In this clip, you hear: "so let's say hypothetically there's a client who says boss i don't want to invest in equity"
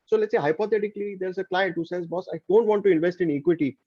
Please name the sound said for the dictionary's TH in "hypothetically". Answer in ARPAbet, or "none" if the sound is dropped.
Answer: T